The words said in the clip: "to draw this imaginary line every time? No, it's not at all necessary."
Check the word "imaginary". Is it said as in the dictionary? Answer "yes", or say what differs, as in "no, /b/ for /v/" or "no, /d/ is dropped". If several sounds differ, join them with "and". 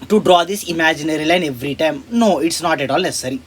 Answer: yes